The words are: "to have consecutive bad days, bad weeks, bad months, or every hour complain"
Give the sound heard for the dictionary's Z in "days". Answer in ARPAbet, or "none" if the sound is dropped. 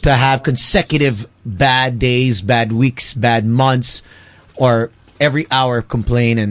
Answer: Z